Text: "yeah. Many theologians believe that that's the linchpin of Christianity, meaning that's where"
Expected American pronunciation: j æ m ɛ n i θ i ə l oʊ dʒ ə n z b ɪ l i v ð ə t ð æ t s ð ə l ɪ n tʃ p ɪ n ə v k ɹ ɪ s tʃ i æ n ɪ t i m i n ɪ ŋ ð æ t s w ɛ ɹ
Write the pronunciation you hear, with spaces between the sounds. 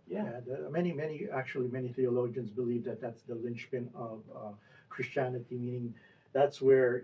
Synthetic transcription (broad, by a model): j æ m ɛ n i θ i ə l oʊ dʒ ə n z b ɪ l i v ð ə t ð æ t s ð ə l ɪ n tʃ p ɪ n ə v k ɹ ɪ s tʃ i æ n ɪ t i m i n ɪ ŋ ð æ t s w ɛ ɹ